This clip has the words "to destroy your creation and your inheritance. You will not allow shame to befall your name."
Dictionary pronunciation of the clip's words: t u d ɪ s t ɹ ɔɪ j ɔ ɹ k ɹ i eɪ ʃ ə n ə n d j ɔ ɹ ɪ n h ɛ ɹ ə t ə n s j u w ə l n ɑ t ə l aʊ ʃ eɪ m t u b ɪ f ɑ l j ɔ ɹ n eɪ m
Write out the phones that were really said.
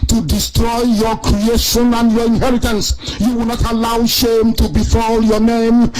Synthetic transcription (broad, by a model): t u d ɪ s t ɹ ɔɪ j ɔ k ɹ i eɪ ʃ ə n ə n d j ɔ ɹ ɪ n h ɛ ɹ ə t ə n s j u w ə l n ɑ t ə l aʊ ʃ eɪ m t u b ɪ f ɑ l j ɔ n eɪ m